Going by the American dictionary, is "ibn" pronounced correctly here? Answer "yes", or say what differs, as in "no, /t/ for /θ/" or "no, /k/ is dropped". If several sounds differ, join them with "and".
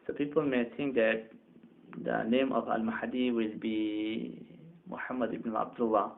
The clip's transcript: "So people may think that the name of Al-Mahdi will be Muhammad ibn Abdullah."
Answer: no, /n/ is dropped